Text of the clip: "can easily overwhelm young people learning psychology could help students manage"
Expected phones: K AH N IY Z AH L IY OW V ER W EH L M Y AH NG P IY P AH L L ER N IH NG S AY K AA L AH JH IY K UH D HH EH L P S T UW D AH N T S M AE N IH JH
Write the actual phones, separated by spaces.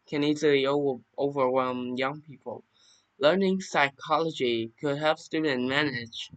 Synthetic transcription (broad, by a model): K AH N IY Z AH L IY OW V ER W EH L M Y AH NG P IY P AH L L ER N IH NG S AY K AA L AH JH IY K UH D HH EH L P S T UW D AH N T M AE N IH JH